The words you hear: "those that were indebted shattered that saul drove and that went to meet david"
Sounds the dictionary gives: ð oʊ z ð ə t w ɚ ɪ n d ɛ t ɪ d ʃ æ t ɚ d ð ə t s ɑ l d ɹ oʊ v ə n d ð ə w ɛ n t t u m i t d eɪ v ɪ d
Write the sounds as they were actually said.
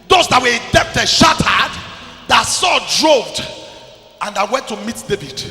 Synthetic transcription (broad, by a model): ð oʊ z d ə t w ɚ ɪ d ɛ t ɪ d ʃ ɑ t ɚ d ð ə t s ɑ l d ɹ oʊ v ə n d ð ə w ɛ n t t u m i t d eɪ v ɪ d